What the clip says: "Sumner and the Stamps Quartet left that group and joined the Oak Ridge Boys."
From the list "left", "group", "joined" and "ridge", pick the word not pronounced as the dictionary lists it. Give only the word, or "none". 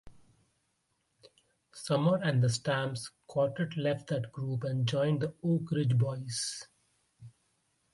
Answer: none